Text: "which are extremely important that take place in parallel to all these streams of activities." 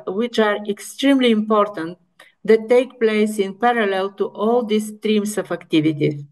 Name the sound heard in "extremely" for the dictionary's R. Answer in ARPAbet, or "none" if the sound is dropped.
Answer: R